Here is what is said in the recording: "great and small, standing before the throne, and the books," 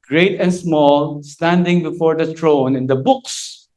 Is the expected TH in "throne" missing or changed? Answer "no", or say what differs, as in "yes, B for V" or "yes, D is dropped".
yes, T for TH